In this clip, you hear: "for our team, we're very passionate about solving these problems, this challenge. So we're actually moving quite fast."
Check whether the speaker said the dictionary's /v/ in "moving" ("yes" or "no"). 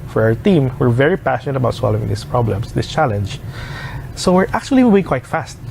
no